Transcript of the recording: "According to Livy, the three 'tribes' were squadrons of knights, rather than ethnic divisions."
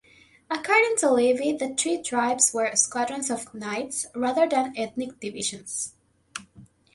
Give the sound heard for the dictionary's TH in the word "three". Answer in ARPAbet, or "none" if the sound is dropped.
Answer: T